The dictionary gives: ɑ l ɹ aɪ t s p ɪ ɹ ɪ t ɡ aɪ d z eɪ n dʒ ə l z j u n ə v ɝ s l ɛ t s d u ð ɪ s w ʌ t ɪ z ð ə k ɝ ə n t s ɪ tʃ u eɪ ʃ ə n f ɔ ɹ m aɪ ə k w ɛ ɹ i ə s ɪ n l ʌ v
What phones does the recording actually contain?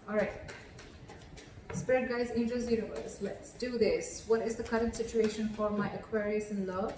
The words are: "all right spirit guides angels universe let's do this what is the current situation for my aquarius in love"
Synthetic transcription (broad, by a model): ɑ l ɹ aɪ t s p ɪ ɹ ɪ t ɡ aɪ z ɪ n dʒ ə z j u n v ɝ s l ɛ t s d u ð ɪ s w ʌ t ɪ z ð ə k ɝ ə n t s ɪ tʃ u eɪ ʃ ə n f ɔ ɹ m aɪ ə k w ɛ ɹ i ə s ɪ n l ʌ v